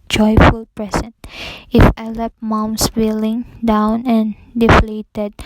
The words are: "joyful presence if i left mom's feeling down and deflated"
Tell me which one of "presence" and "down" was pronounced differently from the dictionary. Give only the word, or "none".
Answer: presence